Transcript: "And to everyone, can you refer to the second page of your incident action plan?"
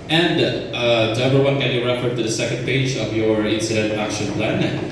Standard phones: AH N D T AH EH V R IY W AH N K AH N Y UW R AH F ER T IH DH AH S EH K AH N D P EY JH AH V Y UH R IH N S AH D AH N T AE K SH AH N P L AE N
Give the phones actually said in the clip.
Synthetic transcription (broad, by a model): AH N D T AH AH R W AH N K AH N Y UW R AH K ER T IH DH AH S EH K AH N D P EY JH AH V Y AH R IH N S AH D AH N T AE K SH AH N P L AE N